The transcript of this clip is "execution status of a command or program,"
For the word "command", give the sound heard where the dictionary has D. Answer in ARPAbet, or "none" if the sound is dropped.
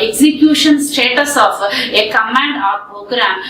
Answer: D